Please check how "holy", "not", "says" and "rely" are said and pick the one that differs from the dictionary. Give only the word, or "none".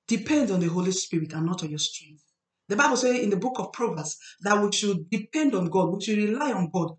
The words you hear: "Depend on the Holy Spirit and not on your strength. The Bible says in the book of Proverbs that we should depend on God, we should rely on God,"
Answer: says